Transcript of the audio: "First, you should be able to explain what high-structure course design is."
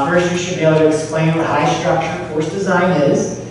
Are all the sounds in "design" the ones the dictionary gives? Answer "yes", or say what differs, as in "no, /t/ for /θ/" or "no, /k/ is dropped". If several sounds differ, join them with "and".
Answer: yes